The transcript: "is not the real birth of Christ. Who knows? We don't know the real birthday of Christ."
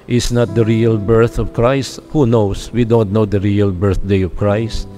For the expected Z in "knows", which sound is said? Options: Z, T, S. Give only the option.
S